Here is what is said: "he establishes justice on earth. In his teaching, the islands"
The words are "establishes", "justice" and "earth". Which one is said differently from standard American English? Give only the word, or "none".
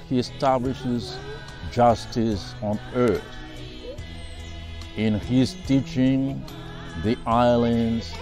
none